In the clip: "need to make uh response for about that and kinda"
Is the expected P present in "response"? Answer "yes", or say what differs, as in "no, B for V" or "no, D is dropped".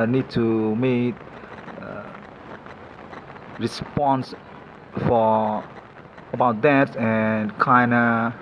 yes